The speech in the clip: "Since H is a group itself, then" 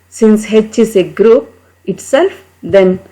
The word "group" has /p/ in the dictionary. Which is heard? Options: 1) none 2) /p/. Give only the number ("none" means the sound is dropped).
2